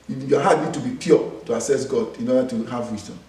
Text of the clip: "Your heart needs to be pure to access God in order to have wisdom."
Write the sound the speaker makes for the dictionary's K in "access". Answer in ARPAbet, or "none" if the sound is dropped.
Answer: none